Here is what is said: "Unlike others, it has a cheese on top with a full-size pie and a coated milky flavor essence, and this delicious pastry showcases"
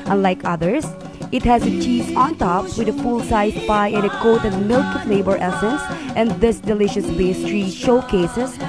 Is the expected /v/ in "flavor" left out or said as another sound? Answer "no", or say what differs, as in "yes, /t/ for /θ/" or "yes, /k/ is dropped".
yes, /b/ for /v/